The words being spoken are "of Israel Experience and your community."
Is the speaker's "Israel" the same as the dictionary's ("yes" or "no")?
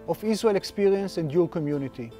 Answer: no